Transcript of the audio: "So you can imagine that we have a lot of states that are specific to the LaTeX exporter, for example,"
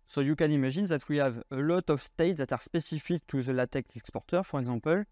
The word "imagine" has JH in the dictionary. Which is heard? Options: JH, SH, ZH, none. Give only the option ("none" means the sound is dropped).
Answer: ZH